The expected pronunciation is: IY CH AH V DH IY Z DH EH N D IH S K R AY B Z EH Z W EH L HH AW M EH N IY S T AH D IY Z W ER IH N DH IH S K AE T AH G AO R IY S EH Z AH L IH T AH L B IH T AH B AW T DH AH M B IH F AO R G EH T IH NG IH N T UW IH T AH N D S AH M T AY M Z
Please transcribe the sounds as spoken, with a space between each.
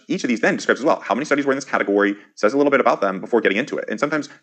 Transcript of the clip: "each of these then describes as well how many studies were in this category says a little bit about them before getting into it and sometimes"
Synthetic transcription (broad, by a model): IY CH AH V DH IY Z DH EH N D IH S K R AY B Z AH Z W EH L HH AW M EH N IY S T AH D IY Z W ER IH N DH IH S K AE T AH G AO R IY S EH Z AH L IH T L B IH T AH B AW T DH AH M B IH F AO R G EH T IH NG IH N T UW IH T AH N S AH M T AY M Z